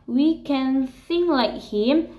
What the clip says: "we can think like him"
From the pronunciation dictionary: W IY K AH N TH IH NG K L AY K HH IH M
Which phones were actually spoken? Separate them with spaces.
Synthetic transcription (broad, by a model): W IY K AH N S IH NG L AY K HH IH M